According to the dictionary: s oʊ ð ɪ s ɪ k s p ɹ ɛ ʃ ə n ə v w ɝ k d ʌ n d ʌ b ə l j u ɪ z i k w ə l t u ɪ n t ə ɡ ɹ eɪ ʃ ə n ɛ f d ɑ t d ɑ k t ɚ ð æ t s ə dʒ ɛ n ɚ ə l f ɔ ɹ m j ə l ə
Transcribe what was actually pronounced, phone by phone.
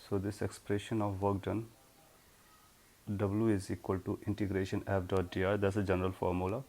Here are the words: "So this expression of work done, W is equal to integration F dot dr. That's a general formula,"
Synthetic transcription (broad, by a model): s oʊ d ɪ s ɪ k s p ɹ ɛ ʃ ə n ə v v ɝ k d ʌ n d ʌ b ə l j u ɪ z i k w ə l t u ɪ n t ə ɡ ɹ eɪ ʃ ə n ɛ p d ɑ t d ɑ t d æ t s ə dʒ ɛ n ɚ ə l f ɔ ɹ m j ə l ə